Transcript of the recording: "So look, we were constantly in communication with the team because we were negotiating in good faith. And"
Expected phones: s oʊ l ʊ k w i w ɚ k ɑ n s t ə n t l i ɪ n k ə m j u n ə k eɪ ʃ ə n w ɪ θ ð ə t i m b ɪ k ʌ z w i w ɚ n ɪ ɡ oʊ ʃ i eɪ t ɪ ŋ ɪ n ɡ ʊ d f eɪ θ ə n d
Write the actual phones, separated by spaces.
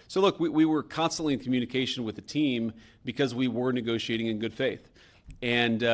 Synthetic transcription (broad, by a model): s oʊ l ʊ k w i w ɚ k ɑ n s t ə n t l i ɪ n k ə m j u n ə k eɪ ʃ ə n w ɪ ð ə t i m b ɪ k ʌ z w i w ɚ n ɪ ɡ oʊ ʃ i eɪ t ɪ ŋ ɪ n ɡ ʊ d f eɪ θ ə n